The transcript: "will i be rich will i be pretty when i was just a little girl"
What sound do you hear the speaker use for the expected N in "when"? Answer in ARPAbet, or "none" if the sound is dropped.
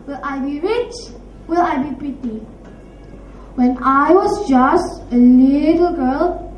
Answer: N